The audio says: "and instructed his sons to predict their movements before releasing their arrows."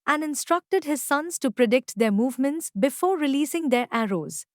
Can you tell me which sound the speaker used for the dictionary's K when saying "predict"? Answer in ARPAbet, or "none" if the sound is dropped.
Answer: K